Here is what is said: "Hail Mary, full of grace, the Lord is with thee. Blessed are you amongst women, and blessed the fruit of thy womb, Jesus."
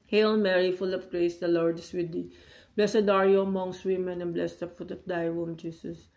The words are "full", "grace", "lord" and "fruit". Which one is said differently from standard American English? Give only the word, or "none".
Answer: fruit